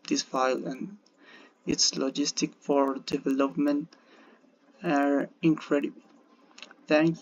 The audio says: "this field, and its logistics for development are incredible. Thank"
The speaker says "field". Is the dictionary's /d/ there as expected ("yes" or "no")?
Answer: no